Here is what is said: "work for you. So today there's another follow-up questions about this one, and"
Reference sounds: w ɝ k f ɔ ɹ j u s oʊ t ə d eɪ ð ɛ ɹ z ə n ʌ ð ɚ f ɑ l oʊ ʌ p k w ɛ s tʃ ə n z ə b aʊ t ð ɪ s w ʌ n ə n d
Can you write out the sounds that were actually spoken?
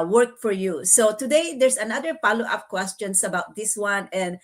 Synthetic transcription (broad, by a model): w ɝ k f ɔ ɹ j u s oʊ t ə d eɪ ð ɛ ɹ s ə n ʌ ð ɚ p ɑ l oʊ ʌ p k w ɛ s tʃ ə n s ə b aʊ t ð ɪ s w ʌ n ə n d